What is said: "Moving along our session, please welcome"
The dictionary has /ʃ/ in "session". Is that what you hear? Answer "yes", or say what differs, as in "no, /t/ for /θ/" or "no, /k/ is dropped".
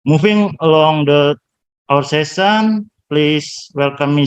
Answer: no, /s/ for /ʃ/